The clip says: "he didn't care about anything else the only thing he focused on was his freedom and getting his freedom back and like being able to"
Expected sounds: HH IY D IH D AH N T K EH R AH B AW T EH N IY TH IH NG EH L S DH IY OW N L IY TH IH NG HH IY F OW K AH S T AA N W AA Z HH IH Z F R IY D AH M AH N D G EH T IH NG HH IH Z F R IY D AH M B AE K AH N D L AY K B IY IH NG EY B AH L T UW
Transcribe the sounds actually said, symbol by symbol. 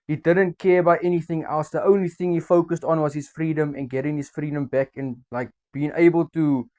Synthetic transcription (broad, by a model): HH IY D IH D AH N T K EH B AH IH T EH N IY TH IH NG EH L S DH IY OW N L IY TH IH NG HH IY F OW K AH S T AA N W AA Z HH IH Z F R IY D AH M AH N G EH T IH NG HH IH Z F R IY D AH M B AE K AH N L AY K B IY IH NG EY B AH L T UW